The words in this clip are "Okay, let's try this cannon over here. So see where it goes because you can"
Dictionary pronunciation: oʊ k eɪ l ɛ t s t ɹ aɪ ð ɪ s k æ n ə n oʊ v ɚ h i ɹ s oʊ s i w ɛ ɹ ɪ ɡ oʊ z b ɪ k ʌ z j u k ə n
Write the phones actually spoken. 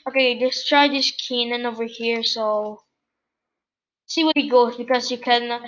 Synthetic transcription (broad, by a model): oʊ k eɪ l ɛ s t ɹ aɪ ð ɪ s k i n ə n oʊ v ɚ h i ɹ s oʊ s i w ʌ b ɪ ɡ oʊ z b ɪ k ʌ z j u k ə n